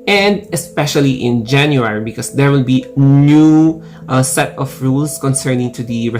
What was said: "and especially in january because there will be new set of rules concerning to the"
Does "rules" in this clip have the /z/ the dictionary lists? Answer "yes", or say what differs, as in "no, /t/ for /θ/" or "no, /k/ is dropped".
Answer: no, /s/ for /z/